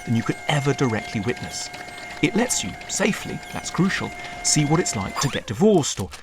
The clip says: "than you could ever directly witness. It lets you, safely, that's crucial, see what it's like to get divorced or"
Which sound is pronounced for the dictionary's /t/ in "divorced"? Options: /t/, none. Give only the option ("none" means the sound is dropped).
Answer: /t/